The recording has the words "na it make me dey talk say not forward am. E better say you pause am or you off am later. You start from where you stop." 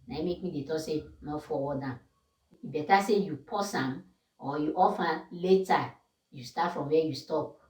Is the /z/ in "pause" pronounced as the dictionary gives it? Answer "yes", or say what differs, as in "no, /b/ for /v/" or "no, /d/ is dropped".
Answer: no, /s/ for /z/